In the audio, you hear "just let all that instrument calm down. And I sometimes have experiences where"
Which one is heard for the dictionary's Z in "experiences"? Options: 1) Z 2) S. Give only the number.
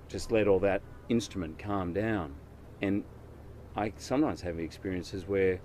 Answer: 1